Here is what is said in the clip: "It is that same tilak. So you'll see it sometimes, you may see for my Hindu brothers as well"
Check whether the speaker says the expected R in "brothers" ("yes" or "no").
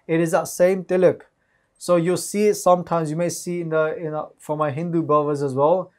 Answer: no